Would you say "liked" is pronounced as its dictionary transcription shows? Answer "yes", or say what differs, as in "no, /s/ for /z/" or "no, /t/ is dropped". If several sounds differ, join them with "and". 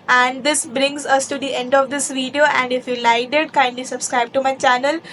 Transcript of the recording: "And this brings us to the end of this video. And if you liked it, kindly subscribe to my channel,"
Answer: no, /k/ is dropped